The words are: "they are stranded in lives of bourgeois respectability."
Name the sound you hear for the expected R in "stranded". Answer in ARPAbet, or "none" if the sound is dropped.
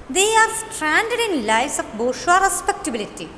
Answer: R